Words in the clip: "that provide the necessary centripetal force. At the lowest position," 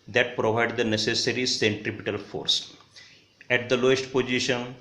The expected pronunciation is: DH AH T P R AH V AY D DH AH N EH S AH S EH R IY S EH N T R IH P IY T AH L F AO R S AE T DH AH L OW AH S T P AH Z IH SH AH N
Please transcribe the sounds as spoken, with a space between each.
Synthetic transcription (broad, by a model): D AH T P R AH V AY D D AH N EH S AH S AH R IY S EH N T R IH P IY T AH L F AO R S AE T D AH L OW AH S T P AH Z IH SH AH N